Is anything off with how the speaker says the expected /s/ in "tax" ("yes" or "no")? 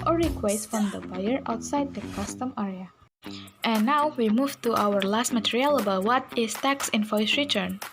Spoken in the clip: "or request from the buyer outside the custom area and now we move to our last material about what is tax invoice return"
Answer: no